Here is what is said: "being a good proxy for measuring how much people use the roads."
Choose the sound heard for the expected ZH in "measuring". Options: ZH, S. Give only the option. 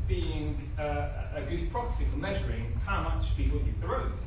ZH